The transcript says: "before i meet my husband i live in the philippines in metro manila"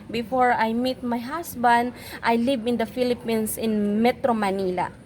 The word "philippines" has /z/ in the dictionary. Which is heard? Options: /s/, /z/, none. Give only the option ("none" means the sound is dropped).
/s/